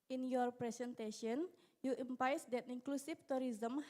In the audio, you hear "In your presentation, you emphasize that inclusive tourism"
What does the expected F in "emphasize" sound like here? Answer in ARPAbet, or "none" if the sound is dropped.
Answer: P